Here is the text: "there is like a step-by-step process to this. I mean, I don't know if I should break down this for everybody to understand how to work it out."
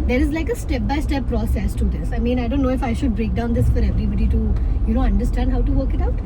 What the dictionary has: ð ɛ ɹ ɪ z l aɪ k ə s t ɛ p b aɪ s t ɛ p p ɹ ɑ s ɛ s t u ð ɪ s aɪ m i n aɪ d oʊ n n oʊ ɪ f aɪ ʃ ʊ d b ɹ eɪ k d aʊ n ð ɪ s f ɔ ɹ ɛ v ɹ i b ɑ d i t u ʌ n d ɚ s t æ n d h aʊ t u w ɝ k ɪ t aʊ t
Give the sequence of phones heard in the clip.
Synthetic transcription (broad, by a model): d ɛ ɹ ɪ z l aɪ k ə s t ɛ p b aɪ s t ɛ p p ɹ ɑ s ɛ s t u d ɪ s aɪ m i n aɪ d oʊ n n oʊ ɪ f aɪ ʃ ʊ d b ɹ eɪ k d aʊ n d ɪ s f ɔ ɹ ɛ v ɹ i b ɑ d i t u ʌ n d ɚ s t æ n d h aʊ t u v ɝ k ɪ t aʊ t